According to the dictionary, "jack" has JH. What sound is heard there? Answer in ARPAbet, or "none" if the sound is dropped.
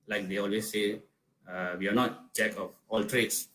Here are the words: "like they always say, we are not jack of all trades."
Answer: CH